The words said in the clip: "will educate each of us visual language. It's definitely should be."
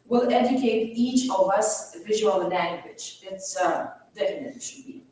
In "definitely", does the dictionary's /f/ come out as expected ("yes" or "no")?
no